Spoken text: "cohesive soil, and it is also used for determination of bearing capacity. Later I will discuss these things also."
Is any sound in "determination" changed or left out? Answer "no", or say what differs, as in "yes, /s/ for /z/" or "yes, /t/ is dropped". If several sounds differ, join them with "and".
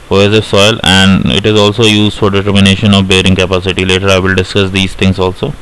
no